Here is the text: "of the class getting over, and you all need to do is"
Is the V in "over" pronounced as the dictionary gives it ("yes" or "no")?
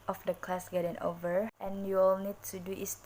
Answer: yes